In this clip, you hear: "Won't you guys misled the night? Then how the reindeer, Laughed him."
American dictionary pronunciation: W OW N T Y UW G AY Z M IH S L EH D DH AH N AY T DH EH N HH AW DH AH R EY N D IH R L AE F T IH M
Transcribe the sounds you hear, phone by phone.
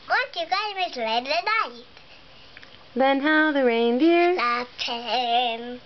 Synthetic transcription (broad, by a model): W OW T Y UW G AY M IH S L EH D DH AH N AY T DH EH N HH AW DH AH R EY N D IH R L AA T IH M